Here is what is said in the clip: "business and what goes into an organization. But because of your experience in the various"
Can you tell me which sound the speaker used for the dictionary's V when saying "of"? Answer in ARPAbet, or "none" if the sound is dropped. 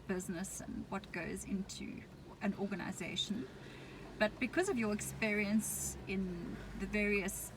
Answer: V